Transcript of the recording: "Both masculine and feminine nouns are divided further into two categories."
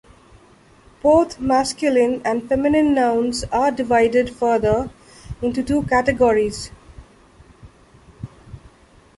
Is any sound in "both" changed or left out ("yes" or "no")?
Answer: yes